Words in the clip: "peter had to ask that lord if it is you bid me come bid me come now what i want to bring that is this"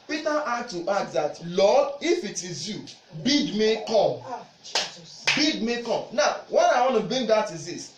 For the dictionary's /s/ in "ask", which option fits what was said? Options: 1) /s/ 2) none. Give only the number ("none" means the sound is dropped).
2